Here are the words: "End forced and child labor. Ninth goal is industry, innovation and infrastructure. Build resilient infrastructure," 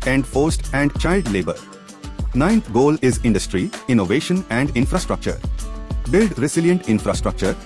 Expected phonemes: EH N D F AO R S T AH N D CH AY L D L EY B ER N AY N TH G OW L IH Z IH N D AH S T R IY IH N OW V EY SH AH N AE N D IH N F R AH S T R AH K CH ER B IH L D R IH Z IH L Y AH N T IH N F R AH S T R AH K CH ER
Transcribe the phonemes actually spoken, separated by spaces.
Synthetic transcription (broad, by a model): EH N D F AO R S T AH N D CH AY L D L EY B ER N AY N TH G OW L IH Z IH N D AH S T R IY IH N OW V EY SH AH N AE N D IH N F R AH S T R AH K CH ER B IH L D R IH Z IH L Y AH N T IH N F R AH S T R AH K CH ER